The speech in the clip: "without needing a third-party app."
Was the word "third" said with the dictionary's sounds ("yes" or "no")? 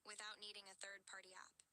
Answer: yes